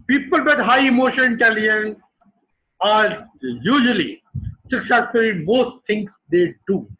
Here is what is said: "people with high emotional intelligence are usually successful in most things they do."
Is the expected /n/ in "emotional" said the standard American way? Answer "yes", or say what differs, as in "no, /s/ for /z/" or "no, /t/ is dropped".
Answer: no, /n/ is dropped